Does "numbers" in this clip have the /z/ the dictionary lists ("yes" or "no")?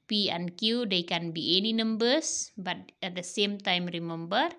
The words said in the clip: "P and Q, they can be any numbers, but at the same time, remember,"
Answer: no